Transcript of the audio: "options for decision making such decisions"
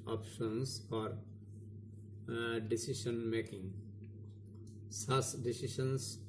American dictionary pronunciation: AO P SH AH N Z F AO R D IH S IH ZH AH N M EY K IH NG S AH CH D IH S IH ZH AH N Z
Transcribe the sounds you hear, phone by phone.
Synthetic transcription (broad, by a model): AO P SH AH N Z F AO R D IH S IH SH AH N M EY K IH NG S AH S D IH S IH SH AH N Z